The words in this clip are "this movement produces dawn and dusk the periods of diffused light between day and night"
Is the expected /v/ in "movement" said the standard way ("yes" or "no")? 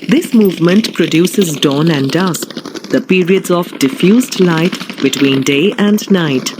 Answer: yes